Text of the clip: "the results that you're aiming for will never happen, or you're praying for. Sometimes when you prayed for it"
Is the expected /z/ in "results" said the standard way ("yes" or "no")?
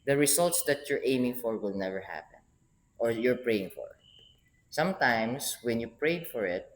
no